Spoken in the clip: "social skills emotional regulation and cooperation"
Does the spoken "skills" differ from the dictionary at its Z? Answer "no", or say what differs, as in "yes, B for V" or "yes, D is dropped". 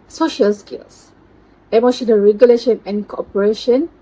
yes, S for Z